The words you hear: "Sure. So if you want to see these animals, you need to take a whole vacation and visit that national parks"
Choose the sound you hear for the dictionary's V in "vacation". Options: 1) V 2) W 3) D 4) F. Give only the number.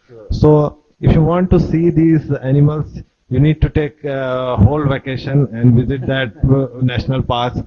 1